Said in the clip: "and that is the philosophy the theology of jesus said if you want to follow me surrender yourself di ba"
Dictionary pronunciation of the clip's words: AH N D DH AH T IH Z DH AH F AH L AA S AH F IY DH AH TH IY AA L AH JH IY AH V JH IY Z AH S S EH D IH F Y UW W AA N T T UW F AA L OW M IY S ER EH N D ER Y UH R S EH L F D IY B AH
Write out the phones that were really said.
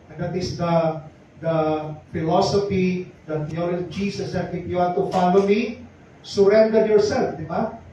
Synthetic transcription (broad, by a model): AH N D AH T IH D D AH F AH L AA S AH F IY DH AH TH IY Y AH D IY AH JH IY S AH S S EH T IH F Y UW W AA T T UW F AA L OW M IY S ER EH N D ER Y UH R S EH L F D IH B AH